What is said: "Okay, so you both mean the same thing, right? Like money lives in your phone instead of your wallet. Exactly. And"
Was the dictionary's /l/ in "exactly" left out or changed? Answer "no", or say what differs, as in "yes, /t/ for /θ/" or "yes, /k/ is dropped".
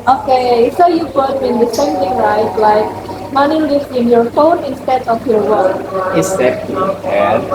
yes, /l/ is dropped